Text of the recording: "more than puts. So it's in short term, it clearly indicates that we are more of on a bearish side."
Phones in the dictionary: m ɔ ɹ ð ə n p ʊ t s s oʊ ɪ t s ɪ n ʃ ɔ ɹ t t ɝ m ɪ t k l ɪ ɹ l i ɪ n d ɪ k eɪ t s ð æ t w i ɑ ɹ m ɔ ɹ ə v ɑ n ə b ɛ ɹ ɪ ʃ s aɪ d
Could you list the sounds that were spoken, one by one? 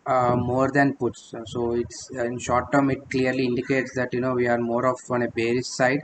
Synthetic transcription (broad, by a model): m ɔ ɹ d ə n p ʊ t s s oʊ ɪ t s ɪ n ʃ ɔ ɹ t t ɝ m ɪ t k l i ɹ l i ɪ n d ɪ k eɪ t s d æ t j i ɑ ɹ m ɔ ɹ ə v ɑ n ə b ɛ ɹ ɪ s s aɪ d